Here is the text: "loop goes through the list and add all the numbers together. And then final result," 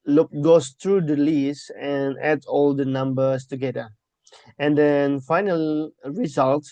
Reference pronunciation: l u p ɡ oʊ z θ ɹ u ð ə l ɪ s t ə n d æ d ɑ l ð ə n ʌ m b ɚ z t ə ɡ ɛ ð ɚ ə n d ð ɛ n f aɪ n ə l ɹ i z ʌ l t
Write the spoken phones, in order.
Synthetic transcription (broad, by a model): l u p ɡ oʊ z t ɹ u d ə l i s ə n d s ɑ l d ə n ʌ m b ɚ s t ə ɡ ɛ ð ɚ ə n d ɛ n f aɪ n ə l ɹ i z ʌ l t